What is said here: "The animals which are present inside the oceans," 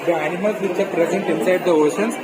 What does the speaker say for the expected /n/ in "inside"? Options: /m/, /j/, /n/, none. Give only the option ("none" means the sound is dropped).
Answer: /n/